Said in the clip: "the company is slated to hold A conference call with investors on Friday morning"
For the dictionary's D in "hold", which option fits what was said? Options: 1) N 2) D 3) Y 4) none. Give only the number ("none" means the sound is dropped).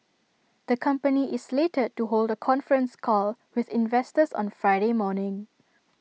2